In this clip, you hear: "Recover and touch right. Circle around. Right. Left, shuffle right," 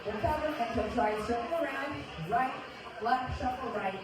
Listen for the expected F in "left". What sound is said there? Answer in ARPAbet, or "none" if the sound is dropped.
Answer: none